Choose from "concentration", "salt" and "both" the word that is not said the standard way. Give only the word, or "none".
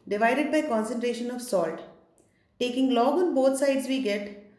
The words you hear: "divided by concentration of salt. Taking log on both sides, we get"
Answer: both